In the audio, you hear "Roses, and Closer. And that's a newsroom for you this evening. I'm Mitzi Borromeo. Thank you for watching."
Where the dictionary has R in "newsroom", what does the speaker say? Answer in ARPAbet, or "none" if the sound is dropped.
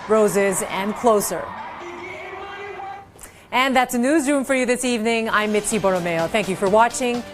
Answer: R